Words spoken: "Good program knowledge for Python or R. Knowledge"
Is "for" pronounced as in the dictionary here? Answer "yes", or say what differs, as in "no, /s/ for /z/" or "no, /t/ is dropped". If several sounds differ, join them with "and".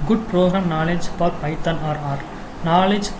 no, /p/ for /f/